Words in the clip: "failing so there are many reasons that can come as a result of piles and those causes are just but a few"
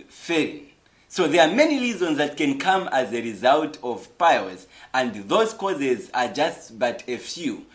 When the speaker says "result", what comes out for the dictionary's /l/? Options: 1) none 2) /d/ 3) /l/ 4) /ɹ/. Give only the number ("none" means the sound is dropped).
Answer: 3